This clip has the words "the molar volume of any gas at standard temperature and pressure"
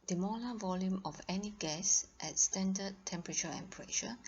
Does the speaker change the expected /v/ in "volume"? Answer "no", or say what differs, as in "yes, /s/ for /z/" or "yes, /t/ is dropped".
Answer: no